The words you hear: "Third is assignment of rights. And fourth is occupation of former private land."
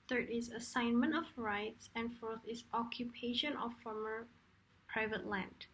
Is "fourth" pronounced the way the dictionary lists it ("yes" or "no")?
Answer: yes